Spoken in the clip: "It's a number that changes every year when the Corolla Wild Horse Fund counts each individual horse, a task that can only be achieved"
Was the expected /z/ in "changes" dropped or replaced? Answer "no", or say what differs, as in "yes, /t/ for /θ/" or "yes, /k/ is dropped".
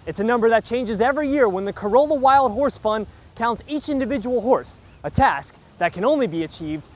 no